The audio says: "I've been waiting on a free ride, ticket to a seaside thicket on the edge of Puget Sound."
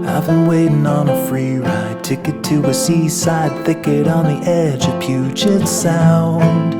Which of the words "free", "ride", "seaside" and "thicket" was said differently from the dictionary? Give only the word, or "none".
none